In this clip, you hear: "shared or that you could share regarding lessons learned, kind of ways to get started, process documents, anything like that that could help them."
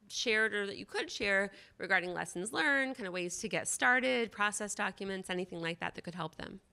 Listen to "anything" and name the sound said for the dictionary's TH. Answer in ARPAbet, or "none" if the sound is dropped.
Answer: TH